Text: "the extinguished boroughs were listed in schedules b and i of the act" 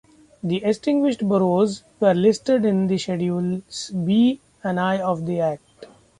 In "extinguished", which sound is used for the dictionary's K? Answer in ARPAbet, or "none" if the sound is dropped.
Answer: none